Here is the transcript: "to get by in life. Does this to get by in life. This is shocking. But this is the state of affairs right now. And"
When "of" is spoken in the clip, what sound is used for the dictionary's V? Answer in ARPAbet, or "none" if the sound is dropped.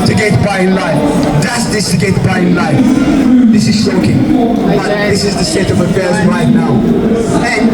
V